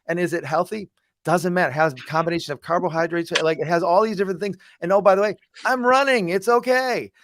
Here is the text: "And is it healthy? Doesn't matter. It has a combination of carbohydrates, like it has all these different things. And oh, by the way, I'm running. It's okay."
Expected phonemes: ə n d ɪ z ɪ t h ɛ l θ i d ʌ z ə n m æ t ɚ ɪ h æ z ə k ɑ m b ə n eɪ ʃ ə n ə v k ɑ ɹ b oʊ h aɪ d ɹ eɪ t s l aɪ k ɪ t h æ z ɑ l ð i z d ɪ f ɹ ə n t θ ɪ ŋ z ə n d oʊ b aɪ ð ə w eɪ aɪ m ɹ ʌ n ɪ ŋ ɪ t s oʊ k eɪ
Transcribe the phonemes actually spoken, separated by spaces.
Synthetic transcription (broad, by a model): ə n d ɪ z ɪ t h ɛ l θ i d ʌ z ə n m æ t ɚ ɪ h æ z k ɑ m b ə n eɪ ʃ ə n ə v k ɑ ɹ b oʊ h aɪ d ɹ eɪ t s l aɪ k ɪ t h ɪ z ɑ l ð i z d ɪ f ɹ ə n θ ɪ ŋ z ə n oʊ b aɪ ð ə w eɪ aɪ m ɹ ʌ n ɪ ŋ ɪ t s oʊ k eɪ